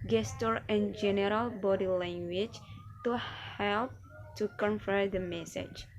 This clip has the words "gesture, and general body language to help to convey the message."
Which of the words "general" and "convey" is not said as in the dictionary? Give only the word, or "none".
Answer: convey